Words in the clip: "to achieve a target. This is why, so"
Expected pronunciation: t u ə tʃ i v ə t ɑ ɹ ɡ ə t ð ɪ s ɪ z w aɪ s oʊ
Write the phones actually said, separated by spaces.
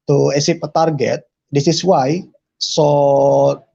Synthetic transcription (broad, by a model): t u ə s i p ə t ɑ ɹ ɡ ə t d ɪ s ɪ s w aɪ s oʊ